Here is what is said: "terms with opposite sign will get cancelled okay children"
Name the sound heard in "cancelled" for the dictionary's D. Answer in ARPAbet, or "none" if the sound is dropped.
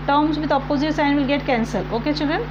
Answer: none